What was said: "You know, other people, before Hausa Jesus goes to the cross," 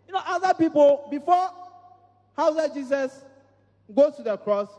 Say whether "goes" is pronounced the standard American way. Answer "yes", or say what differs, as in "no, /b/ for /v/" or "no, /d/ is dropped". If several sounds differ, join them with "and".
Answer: no, /z/ is dropped